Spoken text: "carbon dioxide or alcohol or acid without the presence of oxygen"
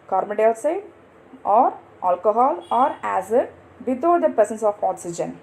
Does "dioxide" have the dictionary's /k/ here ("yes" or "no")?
no